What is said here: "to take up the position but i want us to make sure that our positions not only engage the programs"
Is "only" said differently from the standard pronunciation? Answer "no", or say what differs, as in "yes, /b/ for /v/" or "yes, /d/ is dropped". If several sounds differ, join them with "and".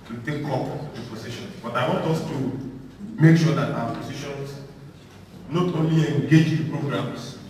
no